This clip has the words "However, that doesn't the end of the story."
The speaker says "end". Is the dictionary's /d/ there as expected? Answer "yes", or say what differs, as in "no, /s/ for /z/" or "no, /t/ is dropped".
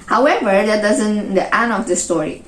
no, /d/ is dropped